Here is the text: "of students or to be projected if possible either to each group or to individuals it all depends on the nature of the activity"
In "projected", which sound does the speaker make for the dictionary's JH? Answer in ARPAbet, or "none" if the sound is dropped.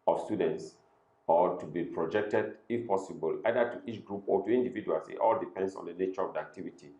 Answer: JH